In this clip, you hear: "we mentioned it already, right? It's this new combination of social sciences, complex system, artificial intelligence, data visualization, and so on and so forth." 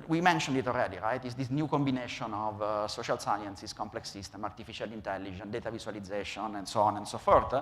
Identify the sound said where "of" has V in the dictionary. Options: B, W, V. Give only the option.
V